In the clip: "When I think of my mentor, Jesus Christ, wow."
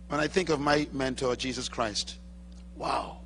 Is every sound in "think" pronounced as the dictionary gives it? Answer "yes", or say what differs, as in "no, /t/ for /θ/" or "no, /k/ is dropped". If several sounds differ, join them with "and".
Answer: yes